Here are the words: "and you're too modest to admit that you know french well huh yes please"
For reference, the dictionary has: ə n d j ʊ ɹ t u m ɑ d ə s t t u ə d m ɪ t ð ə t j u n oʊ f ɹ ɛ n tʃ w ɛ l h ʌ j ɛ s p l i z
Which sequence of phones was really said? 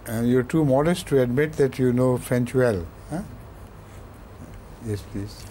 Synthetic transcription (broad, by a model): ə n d j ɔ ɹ t u m ɑ d ə s t t u ə d m ɪ t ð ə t j u n oʊ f ɛ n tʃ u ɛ l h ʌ j ɛ s p l i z